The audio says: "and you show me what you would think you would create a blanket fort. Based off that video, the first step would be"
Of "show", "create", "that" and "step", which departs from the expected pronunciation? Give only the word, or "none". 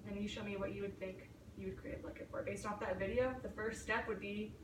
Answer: create